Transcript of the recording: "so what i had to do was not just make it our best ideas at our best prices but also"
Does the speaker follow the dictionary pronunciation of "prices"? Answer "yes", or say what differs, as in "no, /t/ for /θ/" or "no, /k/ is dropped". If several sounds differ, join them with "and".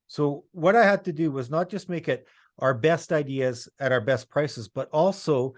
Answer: yes